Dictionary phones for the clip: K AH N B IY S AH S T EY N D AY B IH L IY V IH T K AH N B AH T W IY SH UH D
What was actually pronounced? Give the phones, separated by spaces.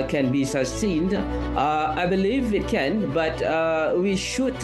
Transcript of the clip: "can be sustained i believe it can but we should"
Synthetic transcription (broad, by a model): K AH N B IY S AH S T EY N D AY B IH L IY V IH T K AH N B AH T W IY SH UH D